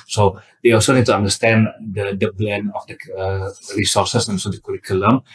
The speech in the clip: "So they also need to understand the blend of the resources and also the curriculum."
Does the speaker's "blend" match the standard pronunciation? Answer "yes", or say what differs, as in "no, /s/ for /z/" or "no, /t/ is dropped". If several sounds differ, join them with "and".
no, /d/ is dropped